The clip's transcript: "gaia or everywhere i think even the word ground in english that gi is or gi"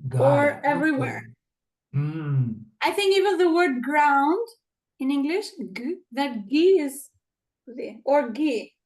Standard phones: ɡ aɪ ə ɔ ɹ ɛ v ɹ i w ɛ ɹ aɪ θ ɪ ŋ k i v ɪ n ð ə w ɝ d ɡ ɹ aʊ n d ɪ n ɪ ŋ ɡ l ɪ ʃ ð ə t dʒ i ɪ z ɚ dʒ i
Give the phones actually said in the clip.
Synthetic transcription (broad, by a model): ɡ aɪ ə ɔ ɹ ɛ v ɹ i w ɛ ɹ aɪ θ ɪ ŋ k i v ɪ n ð ə w ɝ d ɡ ɹ aʊ n d ɪ n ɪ ŋ ɡ l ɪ ʃ ð ə t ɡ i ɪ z ɚ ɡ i